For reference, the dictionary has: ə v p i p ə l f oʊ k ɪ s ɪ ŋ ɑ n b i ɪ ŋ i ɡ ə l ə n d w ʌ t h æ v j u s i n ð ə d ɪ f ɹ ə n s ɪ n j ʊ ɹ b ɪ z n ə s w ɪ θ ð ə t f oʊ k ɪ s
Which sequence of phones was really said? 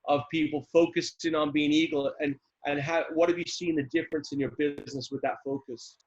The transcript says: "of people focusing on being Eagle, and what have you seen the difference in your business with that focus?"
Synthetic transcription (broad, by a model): ə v p i p l f oʊ k ɪ s ɪ ŋ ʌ n b i ɪ ŋ i ɡ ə n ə n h w ʌ t h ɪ v j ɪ s i n ð ə d ɪ f ɹ ə n s ɪ n j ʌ ɹ b ɪ z n ə s w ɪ ð ə t f oʊ k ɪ s